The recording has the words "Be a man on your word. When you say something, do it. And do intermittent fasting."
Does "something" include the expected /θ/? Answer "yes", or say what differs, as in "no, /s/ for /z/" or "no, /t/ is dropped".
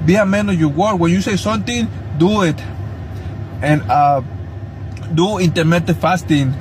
no, /t/ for /θ/